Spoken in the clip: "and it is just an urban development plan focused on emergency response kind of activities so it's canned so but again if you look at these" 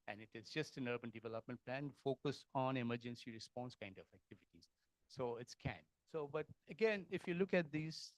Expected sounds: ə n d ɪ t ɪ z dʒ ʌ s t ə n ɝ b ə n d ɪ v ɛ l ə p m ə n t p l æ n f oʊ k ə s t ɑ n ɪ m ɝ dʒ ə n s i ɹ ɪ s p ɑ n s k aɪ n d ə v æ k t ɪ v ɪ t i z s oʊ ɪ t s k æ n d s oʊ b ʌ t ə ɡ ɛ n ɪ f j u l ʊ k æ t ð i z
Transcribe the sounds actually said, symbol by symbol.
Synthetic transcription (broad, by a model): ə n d ɪ t ɪ z dʒ ʌ s t ə n ɝ b ə n d ɪ v ɛ l ə p m ə n t p l æ n f oʊ k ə s ɑ n ɪ m ɝ dʒ ə n s i ɹ ɪ s p ɑ n s k aɪ n d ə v æ k t ɪ v ɪ t i z s oʊ ɪ t s k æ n s oʊ b ʌ t ə ɡ ɛ n ɪ f j u l ʊ k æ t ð i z